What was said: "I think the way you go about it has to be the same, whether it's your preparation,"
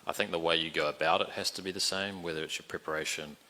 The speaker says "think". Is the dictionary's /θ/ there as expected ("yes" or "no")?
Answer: yes